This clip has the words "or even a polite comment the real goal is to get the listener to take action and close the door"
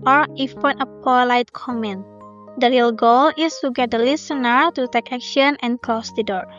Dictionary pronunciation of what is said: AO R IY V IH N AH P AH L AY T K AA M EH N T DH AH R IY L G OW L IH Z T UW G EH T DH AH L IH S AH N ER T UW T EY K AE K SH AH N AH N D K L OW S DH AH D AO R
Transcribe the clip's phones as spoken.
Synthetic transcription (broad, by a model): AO R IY F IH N AH P AH L AY T K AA M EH N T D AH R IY L G OW L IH S T UW G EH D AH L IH S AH N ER T UW T EY K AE K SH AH N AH N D K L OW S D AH D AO R